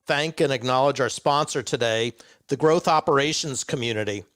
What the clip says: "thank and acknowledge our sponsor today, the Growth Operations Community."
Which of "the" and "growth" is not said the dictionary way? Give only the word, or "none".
none